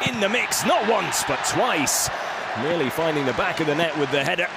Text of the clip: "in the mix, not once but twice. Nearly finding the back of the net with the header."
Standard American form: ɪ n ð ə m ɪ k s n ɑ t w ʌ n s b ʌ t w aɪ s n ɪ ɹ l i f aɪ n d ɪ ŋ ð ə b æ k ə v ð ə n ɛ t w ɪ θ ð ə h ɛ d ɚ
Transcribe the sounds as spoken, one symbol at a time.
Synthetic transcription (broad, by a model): ɪ n ð ə m ɪ k s n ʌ t w ʌ n s b ʌ t w aɪ s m ɪ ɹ l i f aɪ n d ɪ ŋ ð ə b æ k ə v ð ə n ɛ t w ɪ ð ə h ɛ d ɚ